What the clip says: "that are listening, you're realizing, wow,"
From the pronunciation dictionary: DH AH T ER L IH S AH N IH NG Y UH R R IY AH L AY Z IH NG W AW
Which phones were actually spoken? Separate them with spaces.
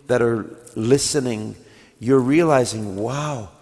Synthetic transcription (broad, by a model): DH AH T ER L IH S AH N IH NG Y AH R R IY AH L AY Z IH NG W AW